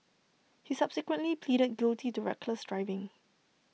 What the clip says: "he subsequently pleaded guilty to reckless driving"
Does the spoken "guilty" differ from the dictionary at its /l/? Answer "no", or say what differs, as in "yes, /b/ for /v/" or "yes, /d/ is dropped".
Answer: no